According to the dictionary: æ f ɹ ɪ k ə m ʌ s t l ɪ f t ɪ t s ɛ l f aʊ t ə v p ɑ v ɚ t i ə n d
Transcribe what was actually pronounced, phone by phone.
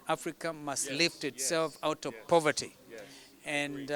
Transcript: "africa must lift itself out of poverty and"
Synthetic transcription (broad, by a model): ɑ f ɹ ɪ k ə m ʌ s t l ɪ f t ɪ t s ɛ l f aʊ t ə v p ɑ v ɚ t i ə n